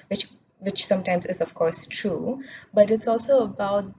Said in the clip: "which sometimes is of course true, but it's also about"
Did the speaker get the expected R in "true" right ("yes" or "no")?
yes